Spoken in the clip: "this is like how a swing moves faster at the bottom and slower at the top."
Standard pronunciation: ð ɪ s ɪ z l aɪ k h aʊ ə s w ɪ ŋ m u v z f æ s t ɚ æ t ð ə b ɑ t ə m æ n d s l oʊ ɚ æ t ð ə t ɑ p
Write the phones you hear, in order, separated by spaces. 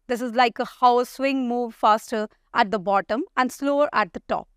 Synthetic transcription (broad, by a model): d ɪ s ɪ z l aɪ k h aʊ ə s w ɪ ŋ m u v f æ s t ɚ æ t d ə b ɑ t ə m æ n d s l oʊ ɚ æ t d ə t ɑ p